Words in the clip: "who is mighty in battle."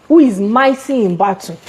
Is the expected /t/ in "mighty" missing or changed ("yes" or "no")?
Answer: yes